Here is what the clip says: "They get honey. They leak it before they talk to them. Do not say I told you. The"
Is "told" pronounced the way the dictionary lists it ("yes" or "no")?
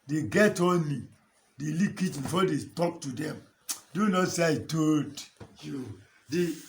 no